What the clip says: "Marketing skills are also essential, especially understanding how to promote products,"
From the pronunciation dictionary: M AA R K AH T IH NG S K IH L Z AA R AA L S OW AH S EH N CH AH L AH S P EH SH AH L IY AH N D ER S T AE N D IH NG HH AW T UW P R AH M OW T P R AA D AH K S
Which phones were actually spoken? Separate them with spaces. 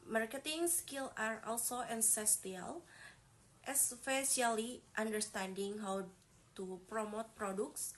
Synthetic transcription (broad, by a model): M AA R K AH T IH NG S K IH L AA R AA L S OW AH S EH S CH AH L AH S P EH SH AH L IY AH N D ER S T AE N D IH NG HH AW T UW P R AH M OW T P R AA D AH K S